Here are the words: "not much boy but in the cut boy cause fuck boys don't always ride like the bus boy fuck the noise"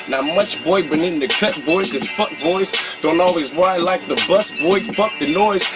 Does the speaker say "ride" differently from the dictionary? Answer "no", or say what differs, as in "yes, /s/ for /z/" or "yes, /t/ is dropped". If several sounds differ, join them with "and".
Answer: yes, /w/ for /ɹ/